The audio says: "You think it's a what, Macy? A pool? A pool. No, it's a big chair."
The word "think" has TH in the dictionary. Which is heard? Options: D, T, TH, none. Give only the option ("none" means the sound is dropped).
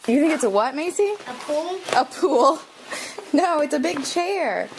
TH